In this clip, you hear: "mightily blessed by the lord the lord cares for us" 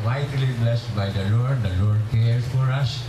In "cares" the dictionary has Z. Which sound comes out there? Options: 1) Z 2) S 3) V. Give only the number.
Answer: 2